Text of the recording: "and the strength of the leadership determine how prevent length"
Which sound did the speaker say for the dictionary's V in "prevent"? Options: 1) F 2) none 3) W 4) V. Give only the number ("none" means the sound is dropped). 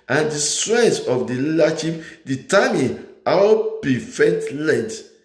1